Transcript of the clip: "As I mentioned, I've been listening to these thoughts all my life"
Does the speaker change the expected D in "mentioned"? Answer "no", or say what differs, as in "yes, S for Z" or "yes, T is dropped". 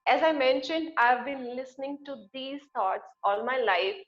no